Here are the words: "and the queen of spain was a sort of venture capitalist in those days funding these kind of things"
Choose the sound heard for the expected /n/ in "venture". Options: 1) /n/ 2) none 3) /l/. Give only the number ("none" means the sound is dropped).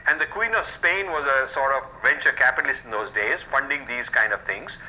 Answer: 1